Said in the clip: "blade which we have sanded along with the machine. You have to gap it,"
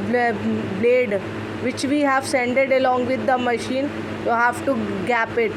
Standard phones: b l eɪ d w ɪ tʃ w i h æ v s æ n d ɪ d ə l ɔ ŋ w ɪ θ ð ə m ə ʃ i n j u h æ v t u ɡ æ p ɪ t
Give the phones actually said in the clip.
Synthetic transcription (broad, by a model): b l eɪ d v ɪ tʃ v i h æ v s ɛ n d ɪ d ə l ɔ ŋ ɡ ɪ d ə m ə ʃ i n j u h æ v t u ɡ æ p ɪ t